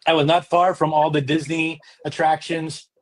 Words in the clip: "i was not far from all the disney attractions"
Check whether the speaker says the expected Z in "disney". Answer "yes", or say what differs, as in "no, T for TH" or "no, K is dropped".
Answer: yes